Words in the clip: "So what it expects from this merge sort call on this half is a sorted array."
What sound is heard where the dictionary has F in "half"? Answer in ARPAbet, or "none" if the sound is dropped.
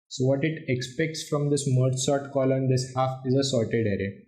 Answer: F